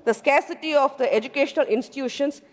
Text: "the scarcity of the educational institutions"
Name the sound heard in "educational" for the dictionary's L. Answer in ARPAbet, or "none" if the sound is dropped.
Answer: L